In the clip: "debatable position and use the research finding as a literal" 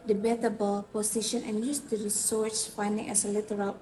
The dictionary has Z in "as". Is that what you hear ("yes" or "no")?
no